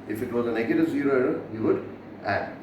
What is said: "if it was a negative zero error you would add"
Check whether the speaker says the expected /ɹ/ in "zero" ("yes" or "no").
yes